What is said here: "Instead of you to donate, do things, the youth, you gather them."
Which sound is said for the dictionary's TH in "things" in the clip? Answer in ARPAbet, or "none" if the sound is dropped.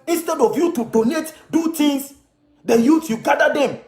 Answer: T